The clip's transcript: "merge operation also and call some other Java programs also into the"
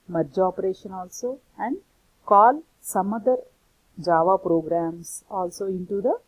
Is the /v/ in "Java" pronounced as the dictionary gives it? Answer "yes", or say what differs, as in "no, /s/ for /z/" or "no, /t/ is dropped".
yes